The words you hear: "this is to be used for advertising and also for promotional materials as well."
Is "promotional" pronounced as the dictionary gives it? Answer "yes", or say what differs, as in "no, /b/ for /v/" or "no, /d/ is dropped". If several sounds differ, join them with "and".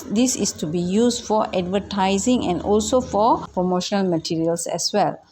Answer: yes